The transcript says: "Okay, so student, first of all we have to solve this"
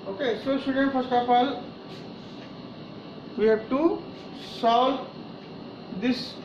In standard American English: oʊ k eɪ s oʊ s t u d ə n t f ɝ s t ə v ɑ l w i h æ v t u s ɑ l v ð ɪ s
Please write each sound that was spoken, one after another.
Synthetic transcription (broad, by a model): oʊ k eɪ s oʊ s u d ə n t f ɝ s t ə p ɑ l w i h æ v t u s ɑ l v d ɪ s